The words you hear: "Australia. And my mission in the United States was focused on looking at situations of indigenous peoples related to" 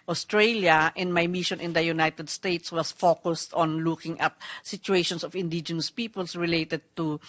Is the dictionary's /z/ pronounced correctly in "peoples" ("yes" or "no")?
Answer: no